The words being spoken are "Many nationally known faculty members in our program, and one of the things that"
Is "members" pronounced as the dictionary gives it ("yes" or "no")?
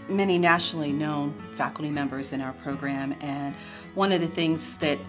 yes